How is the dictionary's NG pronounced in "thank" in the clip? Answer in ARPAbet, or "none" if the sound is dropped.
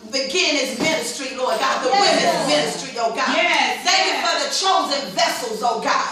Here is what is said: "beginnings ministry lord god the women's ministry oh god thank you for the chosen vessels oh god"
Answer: none